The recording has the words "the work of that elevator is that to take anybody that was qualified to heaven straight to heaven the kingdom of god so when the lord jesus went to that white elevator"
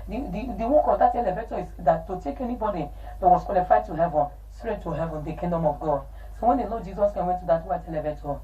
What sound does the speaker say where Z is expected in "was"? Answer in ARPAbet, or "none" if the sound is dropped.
S